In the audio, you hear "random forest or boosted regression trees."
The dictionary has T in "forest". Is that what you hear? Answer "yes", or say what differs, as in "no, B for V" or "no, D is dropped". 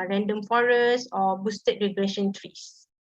no, T is dropped